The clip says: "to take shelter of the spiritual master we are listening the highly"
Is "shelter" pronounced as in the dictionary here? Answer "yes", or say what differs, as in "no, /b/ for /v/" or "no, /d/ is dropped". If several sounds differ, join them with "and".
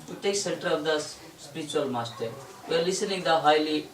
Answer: no, /s/ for /ʃ/ and /n/ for /l/